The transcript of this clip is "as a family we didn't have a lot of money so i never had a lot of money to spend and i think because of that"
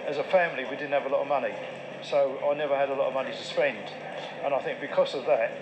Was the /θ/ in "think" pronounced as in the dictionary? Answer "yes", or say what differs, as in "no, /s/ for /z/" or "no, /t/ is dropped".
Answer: yes